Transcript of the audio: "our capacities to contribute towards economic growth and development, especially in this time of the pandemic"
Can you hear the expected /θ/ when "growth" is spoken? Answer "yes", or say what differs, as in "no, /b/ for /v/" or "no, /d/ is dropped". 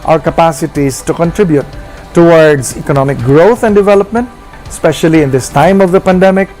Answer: no, /t/ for /θ/